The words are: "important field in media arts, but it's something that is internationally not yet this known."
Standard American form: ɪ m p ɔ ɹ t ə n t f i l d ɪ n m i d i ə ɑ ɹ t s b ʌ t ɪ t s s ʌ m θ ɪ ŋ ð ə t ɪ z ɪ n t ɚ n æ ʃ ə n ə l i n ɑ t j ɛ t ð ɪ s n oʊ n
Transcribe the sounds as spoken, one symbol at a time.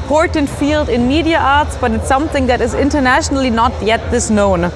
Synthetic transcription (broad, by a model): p ɔ ɹ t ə n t f i l d ɪ n m i d i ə ɑ ɹ t s b ʌ t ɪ t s s ʌ m θ ɪ ŋ ð ə t ɪ z ɪ n t ɚ n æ ʃ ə n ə l i n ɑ t j ɛ t ð ɪ s n oʊ n